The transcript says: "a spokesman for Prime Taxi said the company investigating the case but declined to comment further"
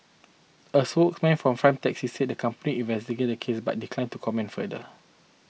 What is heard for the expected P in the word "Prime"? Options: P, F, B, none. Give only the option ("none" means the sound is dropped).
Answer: F